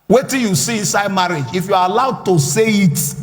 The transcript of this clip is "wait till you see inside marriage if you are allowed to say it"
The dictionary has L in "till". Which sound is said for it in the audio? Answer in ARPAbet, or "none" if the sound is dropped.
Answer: N